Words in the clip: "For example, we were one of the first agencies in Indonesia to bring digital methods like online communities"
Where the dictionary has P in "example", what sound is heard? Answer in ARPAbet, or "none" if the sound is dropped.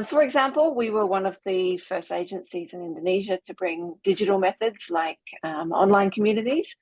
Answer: P